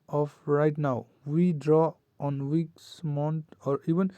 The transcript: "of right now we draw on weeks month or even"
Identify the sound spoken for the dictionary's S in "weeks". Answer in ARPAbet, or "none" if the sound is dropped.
S